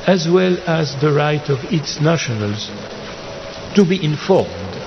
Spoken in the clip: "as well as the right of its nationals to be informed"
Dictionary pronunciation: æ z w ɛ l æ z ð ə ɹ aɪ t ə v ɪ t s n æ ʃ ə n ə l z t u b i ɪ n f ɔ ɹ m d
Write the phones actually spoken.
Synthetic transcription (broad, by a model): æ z w ɛ l æ z ð ə ɹ aɪ t ə v ɪ t s n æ ʃ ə n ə l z t u b i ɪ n f ɔ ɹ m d